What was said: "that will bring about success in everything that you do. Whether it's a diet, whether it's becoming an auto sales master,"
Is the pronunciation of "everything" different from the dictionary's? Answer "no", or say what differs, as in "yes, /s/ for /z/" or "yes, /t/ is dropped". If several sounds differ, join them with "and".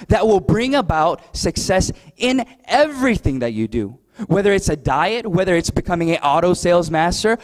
no